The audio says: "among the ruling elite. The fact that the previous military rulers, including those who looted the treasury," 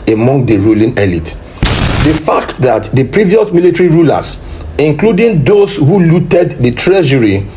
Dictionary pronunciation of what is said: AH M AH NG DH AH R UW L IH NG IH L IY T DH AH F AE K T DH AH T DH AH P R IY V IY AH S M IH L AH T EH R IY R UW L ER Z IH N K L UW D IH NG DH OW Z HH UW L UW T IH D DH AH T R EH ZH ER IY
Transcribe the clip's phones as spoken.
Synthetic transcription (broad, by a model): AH M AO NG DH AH R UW L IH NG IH L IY T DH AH F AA K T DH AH T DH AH P R IY V IY AH S M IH L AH T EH R IY R UW L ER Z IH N K L UW D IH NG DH OW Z HH UW L UW T IH D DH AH T R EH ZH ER IY